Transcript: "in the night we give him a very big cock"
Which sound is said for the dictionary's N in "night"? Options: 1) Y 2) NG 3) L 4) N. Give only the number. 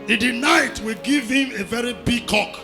4